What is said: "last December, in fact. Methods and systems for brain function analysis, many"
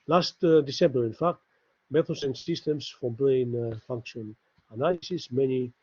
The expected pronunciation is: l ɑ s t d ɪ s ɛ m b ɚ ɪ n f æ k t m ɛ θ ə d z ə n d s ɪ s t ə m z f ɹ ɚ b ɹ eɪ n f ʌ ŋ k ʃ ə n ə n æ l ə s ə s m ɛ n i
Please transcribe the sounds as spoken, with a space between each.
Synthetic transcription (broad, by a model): l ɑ s t d ɪ s ɛ m b ɚ ɪ n f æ k t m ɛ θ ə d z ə n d s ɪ s t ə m s f ɹ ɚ b ɹ eɪ n f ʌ ŋ k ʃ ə n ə n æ l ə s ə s m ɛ n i